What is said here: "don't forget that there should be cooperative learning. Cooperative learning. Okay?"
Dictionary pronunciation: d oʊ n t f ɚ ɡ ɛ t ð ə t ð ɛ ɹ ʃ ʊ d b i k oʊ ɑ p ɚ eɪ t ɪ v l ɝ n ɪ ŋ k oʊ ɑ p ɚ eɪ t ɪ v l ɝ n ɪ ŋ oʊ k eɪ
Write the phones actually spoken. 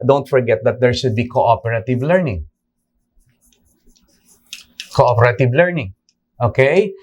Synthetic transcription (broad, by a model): d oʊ n t f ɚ ɡ ɛ t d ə t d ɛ ɹ s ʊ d b i k oʊ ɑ p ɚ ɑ t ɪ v l ɝ n ɪ ŋ k oʊ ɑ p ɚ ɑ t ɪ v l ɝ n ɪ ŋ oʊ k eɪ